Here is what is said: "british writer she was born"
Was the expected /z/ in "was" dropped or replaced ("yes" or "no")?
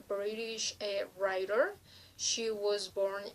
no